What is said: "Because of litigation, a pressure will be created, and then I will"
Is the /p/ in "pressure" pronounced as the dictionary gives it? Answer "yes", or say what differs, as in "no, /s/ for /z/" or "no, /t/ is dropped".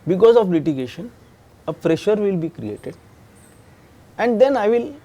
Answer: no, /f/ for /p/